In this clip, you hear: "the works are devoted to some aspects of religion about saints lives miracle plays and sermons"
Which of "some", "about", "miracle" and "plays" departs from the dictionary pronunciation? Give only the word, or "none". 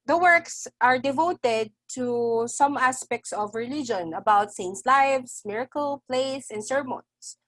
plays